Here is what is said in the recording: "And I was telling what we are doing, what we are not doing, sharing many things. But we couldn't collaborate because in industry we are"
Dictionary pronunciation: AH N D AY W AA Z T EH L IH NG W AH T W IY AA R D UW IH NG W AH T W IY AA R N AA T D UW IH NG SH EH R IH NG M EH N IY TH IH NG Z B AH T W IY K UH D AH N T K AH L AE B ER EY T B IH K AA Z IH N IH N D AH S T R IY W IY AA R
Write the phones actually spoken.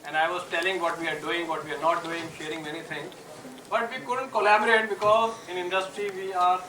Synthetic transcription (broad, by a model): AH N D AY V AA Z T EH L IH NG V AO T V IY AA R D UW IH NG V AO T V IY AA R N AA T D UW IH NG SH EH R IH NG M EH N IY T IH NG B AH T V IY K UH D AH N T K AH L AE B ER EY T B IH K AA Z IH N IH N D AH S T R IY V IY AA R